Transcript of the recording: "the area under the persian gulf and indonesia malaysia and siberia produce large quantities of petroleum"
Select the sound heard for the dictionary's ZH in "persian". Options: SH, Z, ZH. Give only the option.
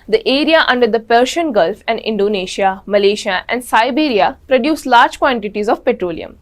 SH